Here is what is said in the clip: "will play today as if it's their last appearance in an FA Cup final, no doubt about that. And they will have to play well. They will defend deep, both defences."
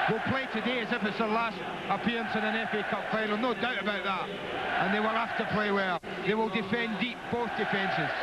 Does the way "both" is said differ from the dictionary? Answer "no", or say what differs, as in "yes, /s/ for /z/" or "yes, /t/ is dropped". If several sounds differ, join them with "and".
no